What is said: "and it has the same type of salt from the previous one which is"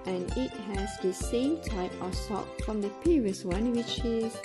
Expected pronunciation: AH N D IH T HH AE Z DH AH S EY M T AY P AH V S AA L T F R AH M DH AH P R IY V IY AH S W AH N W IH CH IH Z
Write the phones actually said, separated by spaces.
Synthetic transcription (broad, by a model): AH N IH T HH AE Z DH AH S EY M T AY P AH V S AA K F R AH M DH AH P IY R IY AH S W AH N W IH CH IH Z